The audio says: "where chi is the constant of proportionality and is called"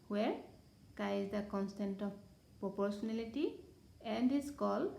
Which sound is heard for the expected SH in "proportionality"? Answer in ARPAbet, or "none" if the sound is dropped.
S